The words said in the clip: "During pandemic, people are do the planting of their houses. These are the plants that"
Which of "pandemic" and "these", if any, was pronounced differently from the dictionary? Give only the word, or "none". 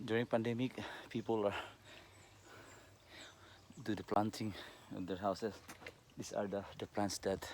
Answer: these